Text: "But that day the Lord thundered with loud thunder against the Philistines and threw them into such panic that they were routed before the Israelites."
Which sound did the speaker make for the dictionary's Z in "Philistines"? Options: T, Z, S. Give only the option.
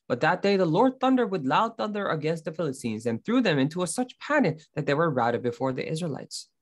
Z